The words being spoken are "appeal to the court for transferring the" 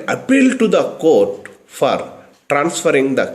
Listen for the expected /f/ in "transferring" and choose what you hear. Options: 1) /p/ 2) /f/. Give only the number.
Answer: 2